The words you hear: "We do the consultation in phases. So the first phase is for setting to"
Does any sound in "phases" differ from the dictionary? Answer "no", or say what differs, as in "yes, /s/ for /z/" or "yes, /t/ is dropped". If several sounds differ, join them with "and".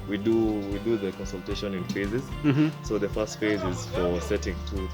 no